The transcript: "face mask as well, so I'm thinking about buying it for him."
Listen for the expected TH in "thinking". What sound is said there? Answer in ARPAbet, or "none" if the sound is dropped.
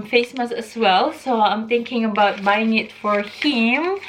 T